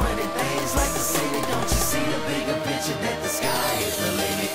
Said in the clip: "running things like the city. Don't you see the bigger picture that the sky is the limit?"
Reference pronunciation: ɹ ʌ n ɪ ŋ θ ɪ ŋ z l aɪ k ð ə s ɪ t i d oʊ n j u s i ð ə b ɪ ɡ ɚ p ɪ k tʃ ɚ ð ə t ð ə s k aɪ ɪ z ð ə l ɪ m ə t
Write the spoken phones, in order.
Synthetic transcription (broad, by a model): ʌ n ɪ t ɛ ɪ z l aɪ k ð ə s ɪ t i d oʊ n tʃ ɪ s i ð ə b ɪ ɡ ɚ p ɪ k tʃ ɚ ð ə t ð ə s k aɪ ɪ z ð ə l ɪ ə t